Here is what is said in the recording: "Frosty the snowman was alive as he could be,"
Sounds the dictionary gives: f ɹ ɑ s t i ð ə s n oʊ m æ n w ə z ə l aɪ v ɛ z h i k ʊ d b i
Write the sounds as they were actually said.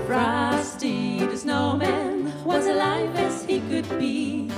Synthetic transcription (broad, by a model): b ɹ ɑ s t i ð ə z n oʊ m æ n w ə z ə l aɪ v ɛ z h i k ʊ d b i